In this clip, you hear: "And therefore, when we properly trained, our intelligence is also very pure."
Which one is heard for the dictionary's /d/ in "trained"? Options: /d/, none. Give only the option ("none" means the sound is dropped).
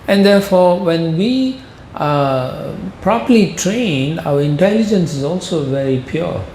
none